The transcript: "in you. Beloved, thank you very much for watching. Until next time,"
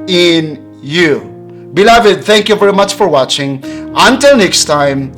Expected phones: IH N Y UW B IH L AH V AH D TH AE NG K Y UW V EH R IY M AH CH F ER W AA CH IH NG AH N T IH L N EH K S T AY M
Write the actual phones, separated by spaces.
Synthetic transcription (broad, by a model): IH N Y UW B IH L AH V AH D TH AE NG K Y UW V EH R IY M AH CH F ER W AA CH IH NG AH N T IH L N EH K S T AY M